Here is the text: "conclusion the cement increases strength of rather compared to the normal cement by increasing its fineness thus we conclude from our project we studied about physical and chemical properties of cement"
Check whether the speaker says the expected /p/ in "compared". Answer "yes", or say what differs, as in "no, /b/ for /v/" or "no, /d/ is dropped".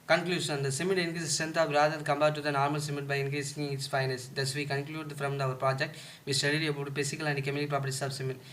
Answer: no, /b/ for /p/